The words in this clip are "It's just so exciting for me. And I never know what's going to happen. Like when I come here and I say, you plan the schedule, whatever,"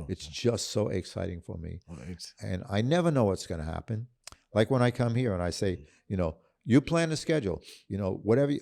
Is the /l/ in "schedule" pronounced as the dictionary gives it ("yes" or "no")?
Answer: no